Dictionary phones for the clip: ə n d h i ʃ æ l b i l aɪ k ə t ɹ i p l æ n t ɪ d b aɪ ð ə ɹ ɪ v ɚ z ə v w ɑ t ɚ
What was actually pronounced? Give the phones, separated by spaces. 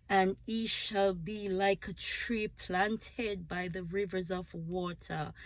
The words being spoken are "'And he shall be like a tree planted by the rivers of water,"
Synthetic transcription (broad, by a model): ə n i ʃ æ l b i l aɪ k ə t ɹ i p l æ n t ɪ d b aɪ ð ə ɹ ɪ v ɚ z ə v w ɑ t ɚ